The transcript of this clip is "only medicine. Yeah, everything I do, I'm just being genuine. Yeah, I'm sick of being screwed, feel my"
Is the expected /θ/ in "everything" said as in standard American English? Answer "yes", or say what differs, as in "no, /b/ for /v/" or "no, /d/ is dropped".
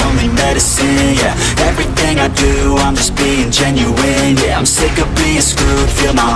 yes